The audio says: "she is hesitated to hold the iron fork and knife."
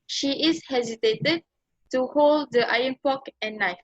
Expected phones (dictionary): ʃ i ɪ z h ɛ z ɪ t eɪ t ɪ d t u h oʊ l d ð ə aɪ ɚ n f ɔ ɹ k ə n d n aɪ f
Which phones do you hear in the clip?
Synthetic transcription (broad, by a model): ʃ i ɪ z h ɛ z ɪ t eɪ t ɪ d t u h oʊ l d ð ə aɪ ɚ n p ɔ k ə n n aɪ f